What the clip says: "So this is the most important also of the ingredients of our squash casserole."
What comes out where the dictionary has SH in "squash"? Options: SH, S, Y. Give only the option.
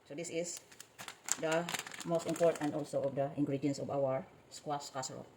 S